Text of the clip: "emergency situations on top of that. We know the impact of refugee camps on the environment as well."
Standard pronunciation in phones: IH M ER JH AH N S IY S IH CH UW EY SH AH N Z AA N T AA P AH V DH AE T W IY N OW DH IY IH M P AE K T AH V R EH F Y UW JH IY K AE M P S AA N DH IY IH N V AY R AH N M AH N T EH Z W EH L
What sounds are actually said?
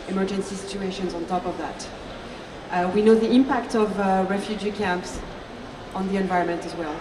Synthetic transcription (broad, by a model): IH M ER JH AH N S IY S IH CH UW EY SH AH N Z AA N T AA P AH V DH AE T W IY N OW DH IY IH M P AE K T AH V R EH F Y UW JH IY K AE M P S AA N DH IY IH N V AY R AH N M AH N T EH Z W EH L